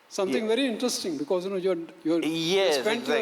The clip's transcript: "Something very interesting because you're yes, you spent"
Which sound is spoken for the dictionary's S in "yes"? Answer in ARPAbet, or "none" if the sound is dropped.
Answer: none